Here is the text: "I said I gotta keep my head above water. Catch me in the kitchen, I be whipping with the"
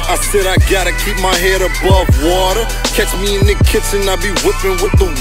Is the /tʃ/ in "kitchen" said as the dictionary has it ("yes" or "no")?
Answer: no